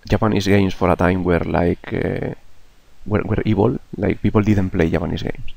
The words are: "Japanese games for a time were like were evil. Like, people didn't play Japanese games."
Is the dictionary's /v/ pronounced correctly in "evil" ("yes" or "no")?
no